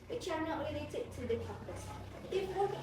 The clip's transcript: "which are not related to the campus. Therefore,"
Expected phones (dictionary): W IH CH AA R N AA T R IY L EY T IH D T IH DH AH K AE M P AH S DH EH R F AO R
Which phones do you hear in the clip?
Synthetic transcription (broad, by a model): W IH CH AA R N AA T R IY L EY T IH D T IH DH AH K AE P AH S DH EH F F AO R